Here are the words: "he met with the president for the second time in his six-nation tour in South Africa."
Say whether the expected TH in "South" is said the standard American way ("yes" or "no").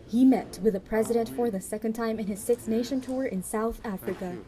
yes